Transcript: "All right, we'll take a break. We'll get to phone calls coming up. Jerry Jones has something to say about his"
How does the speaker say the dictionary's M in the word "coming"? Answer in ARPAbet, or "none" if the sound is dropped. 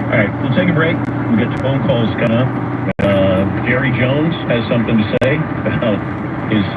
none